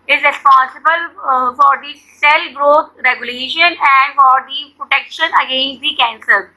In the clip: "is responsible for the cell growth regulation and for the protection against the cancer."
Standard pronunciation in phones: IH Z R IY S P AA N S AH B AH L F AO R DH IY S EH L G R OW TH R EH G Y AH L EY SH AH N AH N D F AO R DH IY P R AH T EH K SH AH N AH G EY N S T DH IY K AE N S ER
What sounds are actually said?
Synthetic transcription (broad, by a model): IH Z R IY S P AA N S AH B AH L F AO R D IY S EH L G R OW T R EH G Y AH L EY SH AH N AH N D F AO R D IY P R AH T EH K SH AH N AH G EY N S T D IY K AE N S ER